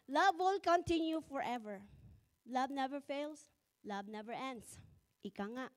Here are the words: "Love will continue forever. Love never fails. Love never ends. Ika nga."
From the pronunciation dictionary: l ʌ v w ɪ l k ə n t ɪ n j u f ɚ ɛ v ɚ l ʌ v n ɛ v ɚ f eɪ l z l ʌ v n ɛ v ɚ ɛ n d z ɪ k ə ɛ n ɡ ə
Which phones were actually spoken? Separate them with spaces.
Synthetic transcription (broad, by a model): l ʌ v w ɪ l k ə n t ɪ n j u f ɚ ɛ v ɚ l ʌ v n ɛ v ɚ f eɪ l s l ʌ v n ɛ v ɚ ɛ n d s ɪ k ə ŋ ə